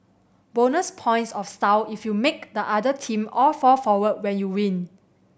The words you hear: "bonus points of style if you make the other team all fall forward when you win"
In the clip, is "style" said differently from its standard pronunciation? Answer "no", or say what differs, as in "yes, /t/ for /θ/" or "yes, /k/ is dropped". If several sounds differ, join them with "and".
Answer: yes, /w/ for /l/